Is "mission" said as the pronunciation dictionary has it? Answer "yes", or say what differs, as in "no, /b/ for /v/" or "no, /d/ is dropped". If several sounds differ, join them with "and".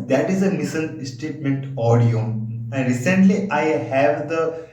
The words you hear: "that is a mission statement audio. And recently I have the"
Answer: no, /s/ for /ʃ/